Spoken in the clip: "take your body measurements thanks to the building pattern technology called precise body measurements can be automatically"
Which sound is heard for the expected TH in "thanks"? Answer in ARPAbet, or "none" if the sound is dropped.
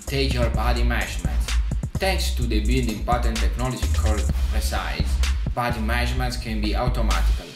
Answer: T